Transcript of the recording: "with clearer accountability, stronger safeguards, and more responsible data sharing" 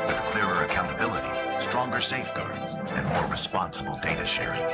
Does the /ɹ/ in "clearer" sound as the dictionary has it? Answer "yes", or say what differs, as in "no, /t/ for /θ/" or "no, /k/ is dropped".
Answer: yes